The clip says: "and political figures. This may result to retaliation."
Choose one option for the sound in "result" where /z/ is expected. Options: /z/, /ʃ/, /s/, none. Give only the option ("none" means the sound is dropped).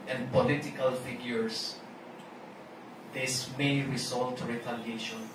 /s/